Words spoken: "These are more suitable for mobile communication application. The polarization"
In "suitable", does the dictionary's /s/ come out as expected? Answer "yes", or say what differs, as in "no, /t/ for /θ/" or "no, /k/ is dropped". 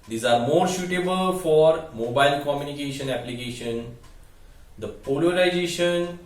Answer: no, /ʃ/ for /s/